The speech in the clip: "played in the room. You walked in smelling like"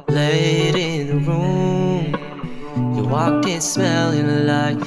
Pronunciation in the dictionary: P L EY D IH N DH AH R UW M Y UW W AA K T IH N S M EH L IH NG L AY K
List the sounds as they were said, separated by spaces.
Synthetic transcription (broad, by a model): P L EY D IH N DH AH R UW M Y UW W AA K IH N S M EH L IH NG L AY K